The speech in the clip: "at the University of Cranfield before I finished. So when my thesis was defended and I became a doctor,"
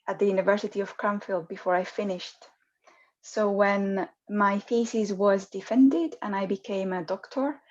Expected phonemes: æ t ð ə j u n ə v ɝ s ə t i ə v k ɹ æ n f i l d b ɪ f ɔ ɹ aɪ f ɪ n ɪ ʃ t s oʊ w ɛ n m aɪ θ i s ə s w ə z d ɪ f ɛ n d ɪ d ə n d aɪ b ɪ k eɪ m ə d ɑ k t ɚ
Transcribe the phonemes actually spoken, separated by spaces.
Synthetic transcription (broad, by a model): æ t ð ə j u n ə v ɝ s ə t i ə v k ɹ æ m f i l d b ɪ f ɔ ɹ aɪ f ɪ n ɪ ʃ t s oʊ w ɛ n m aɪ f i s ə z w ə z d ɪ f ɛ n d ɪ d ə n aɪ b ɪ k eɪ m ə d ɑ k t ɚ